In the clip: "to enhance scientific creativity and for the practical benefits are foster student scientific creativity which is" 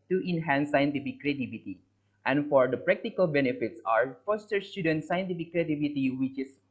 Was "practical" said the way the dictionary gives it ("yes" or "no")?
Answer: yes